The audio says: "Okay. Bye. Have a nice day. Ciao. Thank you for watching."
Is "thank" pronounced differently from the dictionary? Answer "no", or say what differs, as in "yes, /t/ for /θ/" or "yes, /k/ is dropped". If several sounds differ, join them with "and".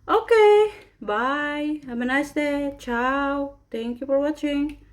yes, /t/ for /θ/